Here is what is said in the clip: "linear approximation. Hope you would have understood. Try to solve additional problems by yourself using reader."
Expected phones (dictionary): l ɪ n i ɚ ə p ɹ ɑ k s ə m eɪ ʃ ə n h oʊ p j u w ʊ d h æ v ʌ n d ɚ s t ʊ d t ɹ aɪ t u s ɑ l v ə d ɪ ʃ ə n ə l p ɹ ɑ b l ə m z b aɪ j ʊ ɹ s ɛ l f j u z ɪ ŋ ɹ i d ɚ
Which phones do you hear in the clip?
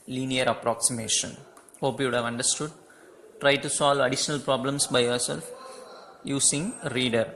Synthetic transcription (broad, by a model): l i n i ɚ ə p ɹ ɑ k s ə m eɪ ʃ ə n h oʊ p j u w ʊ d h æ v ʌ n d ɚ s t ʊ d t ɹ aɪ t u s ɑ l v ə d ɪ ʃ ə n ə l p ɹ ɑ b l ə m s b aɪ j ʊ ɹ s ɛ l f j u s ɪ ŋ ɹ i d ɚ